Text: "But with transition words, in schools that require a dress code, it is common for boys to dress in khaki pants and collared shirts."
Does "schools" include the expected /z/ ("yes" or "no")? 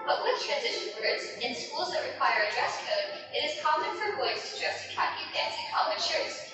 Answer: yes